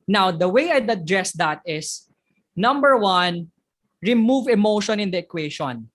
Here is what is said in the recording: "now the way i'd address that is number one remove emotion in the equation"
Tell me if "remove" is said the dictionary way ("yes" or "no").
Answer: yes